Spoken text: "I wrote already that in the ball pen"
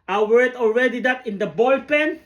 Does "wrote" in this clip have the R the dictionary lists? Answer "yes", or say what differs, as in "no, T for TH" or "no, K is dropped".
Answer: no, W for R